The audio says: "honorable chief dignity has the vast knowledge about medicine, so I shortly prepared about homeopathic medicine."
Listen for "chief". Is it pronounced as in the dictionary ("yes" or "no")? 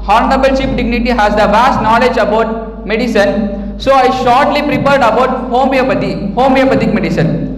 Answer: no